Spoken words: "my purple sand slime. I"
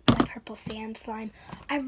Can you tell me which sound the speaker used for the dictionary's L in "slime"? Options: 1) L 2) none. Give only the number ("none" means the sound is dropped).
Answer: 1